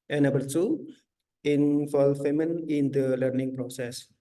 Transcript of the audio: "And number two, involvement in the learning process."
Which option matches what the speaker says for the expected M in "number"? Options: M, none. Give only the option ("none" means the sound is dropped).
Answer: none